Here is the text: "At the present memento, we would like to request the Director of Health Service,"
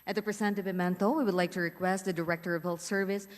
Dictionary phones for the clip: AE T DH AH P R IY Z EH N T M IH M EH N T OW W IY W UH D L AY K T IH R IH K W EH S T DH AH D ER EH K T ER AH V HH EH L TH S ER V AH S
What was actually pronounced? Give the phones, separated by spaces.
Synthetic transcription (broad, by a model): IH T DH AH P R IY S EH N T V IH M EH N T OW W IY W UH D L AY K T IH R IH K W EH S T DH AH D ER EH K T ER AH V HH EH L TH S ER V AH S